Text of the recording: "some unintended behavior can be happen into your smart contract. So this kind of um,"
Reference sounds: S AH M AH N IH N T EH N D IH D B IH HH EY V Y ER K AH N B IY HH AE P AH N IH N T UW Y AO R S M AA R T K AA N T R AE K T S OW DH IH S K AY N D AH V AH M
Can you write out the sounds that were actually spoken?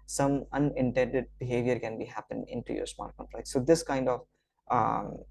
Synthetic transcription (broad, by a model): S AH M AH N IH N T EH N D IH D B IH HH EY V Y ER K AH N B IY HH AE P AH N IH N T UW Y AO R S M AA R T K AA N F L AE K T S OW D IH S K AY N D AH V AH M